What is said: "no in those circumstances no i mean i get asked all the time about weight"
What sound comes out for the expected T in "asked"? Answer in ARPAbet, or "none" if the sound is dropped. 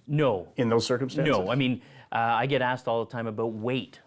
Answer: T